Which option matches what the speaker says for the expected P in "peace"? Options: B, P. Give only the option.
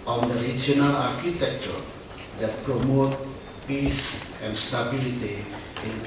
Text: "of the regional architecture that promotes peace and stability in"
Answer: P